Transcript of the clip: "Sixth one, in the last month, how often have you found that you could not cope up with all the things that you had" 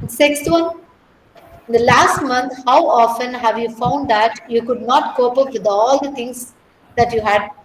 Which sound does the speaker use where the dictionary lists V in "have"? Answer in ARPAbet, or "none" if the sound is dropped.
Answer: V